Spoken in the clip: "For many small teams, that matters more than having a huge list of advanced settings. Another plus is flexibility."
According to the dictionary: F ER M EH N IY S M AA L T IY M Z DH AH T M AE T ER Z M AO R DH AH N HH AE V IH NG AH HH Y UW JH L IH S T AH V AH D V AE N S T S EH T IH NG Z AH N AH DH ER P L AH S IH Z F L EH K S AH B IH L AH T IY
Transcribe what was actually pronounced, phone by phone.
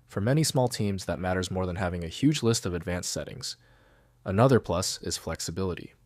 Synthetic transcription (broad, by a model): F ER M EH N IY S M AA L T IY M Z DH AH T M AE T ER Z M AO R DH AH N HH AE V IH NG AH HH Y UW JH L IH S T AH V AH D V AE N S S EH T IH NG Z AH N AH DH ER P L AH S IH Z F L EH K S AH B IH L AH T IY